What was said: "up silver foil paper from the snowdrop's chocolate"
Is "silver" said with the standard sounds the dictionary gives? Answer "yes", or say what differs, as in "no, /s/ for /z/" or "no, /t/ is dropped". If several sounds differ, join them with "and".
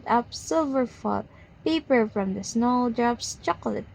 yes